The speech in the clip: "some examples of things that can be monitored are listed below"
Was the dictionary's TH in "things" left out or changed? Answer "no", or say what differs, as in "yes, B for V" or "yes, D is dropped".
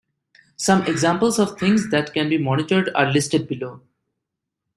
yes, T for TH